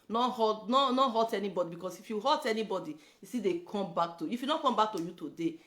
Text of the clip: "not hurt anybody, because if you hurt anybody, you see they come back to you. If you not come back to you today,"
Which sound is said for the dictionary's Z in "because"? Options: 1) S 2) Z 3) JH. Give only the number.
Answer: 1